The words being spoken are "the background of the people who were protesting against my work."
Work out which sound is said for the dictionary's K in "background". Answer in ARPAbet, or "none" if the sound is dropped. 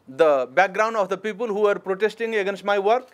K